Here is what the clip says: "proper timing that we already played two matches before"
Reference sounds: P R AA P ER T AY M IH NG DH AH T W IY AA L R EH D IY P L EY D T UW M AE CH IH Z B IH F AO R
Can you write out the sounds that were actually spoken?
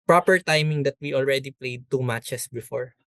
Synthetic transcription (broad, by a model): P R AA P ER T AY M IH NG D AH T W IY AA L R EH D IY P L EY D T UW M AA CH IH S B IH F AO R